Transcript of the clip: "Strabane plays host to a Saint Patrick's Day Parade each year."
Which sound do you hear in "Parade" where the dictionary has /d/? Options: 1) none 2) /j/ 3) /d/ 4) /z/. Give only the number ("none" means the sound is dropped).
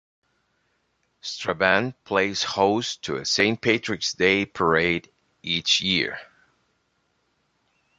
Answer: 3